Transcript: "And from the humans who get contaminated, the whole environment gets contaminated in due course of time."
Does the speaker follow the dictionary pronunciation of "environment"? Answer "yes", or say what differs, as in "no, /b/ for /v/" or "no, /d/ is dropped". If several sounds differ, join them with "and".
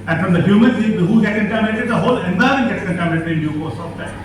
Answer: no, /ɹ/ is dropped and /n/ is dropped